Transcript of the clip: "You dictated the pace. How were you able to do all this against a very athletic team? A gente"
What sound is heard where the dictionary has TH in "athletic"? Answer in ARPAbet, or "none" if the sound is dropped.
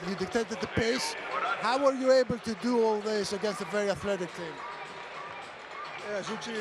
TH